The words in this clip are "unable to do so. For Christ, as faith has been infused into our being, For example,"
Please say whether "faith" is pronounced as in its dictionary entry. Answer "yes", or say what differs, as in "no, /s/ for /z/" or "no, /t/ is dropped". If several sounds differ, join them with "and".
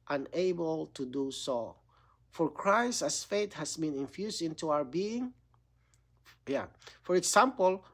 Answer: no, /t/ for /θ/